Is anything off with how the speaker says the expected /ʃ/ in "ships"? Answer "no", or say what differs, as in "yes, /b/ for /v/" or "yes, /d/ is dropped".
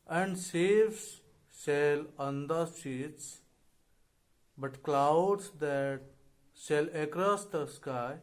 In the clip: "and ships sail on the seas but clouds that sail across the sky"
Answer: yes, /s/ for /ʃ/